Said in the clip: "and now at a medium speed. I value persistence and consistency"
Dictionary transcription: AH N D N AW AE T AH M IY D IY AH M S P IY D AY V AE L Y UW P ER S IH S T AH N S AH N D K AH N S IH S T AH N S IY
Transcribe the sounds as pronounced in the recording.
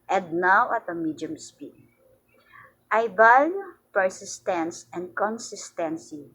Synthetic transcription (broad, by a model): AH N D N AW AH T AH M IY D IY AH M S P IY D AY B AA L P ER S IH S T AH N S AH N D K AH N S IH S T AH N S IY